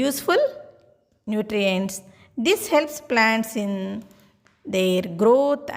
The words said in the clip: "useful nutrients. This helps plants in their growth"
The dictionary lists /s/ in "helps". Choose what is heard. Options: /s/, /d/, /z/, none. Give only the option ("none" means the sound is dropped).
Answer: /s/